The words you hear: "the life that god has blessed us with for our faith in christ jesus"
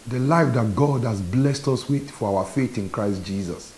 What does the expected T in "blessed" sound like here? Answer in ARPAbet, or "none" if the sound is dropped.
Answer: T